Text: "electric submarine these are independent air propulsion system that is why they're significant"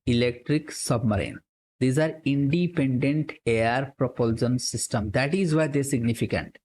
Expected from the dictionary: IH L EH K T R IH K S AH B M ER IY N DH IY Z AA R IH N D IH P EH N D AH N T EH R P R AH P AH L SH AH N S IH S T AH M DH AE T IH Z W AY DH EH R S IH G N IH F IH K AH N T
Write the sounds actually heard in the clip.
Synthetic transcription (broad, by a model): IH L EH K T R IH K S AH B M ER IY N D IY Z AA R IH N D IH P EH N D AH N T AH R P R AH P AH L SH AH N S IH S T AH M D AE T IH Z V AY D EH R S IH G N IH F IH K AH N T